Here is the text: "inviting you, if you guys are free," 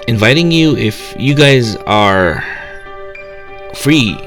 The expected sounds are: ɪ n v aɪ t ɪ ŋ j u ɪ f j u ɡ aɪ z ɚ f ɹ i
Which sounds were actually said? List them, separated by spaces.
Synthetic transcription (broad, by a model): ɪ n v aɪ t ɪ ŋ j u ɪ f j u ɡ aɪ z ɚ f ɹ i